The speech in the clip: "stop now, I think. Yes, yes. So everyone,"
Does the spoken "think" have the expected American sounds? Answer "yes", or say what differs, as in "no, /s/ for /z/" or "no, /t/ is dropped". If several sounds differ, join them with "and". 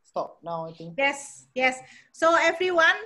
no, /t/ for /θ/